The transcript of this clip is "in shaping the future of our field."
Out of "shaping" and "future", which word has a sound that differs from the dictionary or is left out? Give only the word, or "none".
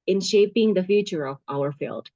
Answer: none